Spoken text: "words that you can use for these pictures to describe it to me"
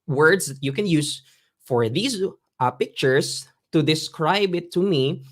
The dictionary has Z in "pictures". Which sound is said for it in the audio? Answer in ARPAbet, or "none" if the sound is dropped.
S